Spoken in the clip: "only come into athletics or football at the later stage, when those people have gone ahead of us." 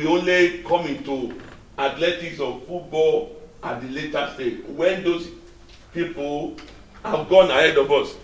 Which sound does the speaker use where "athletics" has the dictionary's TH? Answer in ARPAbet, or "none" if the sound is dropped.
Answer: T